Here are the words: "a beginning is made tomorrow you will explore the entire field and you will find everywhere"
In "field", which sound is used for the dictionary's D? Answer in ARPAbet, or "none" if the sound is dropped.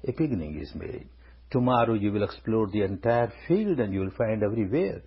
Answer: D